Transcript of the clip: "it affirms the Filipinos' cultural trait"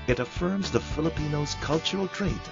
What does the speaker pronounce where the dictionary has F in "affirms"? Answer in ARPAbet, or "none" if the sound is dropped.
F